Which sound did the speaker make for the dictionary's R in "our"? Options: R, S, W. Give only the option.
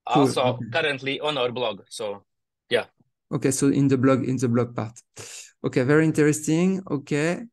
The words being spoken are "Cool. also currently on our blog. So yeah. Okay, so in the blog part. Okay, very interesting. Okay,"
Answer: R